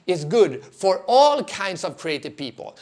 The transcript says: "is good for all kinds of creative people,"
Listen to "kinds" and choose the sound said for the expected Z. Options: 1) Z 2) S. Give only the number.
2